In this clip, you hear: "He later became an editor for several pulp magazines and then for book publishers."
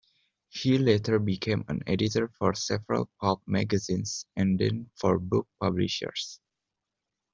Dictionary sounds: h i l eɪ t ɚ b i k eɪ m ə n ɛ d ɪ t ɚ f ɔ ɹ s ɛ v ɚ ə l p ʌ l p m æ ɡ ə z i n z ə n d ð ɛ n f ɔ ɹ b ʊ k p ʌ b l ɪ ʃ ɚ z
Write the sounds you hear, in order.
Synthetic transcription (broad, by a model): h i l eɪ t ɚ b i k eɪ m ə n ɛ d ɪ t ɚ f ɔ ɹ s ɛ v ɚ ə l p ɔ p m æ ɡ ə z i n s ə n d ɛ n f ɔ ɹ b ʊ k p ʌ b l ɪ ʃ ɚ s